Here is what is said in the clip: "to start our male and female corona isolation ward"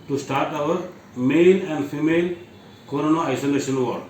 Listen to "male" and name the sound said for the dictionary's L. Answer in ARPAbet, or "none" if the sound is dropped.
N